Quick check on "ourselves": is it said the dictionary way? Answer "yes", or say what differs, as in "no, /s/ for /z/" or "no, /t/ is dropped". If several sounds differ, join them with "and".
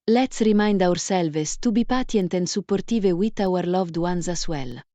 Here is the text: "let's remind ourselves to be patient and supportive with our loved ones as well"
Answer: no, /s/ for /z/